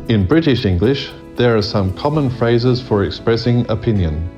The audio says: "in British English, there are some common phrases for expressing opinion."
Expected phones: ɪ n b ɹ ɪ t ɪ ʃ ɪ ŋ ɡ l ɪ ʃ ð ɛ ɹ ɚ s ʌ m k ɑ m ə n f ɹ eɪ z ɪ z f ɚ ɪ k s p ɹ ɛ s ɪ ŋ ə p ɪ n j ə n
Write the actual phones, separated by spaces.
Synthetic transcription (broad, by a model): ɪ n b ɹ ɪ t ɪ ʃ ɪ ŋ ɡ l ɪ ʃ ð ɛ ɹ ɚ s ʌ m k ɑ m ə n f ɹ eɪ z ɪ z f ɚ ɪ k s p ɹ ɛ s ɪ ŋ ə p ɪ n j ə n